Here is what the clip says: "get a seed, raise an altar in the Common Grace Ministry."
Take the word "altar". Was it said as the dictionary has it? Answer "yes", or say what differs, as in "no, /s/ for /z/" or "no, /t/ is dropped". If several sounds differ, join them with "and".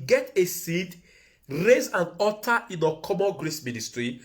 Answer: no, /l/ is dropped